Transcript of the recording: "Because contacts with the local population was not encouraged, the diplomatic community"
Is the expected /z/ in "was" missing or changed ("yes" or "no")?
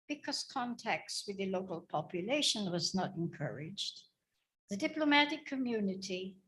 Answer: no